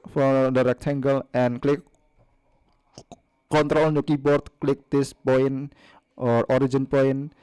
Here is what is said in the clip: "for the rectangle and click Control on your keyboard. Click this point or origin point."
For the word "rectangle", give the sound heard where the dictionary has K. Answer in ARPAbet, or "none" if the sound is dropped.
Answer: K